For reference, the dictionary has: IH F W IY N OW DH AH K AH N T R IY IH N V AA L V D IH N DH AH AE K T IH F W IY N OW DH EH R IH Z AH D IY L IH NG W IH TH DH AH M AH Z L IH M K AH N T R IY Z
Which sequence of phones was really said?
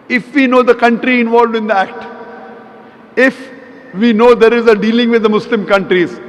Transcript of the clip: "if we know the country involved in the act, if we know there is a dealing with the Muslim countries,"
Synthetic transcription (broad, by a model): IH F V IY N OW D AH K AH N T R IY IH N V AA L V D IH N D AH AE K T IH F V IY N OW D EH R IH Z AH D IY L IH NG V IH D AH M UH S L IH M K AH N T R IY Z